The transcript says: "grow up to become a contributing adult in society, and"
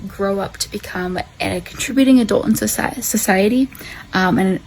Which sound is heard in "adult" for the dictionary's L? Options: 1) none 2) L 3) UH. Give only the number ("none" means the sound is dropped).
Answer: 2